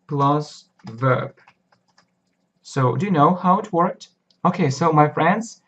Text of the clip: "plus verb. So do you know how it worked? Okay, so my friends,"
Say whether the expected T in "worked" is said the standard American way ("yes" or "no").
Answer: yes